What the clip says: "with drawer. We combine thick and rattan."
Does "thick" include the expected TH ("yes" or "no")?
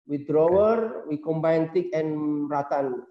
no